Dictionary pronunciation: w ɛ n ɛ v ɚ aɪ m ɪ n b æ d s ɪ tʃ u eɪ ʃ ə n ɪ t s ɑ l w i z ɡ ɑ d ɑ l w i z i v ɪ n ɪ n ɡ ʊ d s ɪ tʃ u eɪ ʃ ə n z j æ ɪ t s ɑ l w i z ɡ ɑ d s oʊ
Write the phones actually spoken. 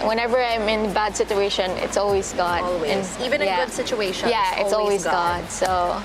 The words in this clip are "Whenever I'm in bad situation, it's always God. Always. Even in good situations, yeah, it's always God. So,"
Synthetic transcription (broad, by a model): w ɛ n ɛ v ɚ aɪ m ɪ n b æ d s ɪ tʃ u eɪ ʃ ə n ɪ t s ɑ l w i z ɡ ɑ d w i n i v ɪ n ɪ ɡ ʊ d s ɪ tʃ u eɪ ə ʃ j æ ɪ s ɑ l w i z ɡ ɑ d s oʊ